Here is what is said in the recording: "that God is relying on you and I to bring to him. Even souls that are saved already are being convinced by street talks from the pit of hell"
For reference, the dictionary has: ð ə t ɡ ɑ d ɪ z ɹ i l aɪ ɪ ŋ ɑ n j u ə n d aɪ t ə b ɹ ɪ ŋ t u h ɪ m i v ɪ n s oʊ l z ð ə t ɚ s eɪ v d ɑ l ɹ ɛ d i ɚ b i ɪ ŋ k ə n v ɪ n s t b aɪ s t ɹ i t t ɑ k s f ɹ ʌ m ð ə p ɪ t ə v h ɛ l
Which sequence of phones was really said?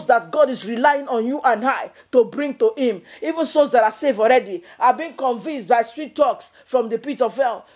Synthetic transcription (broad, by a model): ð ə t ɡ ɑ d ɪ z ɹ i l aɪ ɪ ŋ ɑ n j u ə n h aɪ t ə b ɹ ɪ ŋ t u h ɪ m i v ɪ n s oʊ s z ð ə t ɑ s eɪ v ɑ l ɹ ɛ d i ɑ b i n k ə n v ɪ n s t b aɪ s t ɹ i t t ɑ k s f ɹ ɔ m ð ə p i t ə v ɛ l